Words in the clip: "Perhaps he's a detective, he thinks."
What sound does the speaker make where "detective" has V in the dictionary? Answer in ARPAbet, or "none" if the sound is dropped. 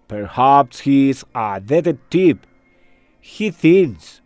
P